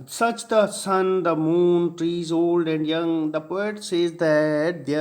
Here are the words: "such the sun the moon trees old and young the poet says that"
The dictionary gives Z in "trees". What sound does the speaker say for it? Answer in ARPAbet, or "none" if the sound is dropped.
Z